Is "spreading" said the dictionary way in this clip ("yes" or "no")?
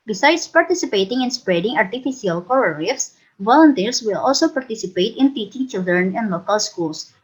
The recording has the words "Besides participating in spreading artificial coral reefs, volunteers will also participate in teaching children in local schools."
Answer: yes